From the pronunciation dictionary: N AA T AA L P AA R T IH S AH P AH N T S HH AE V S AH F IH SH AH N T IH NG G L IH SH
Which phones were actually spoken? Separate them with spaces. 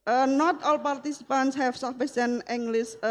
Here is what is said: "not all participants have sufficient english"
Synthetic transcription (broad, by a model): N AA T AA L P AA R T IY S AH P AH N T S HH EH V S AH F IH S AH N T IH NG G L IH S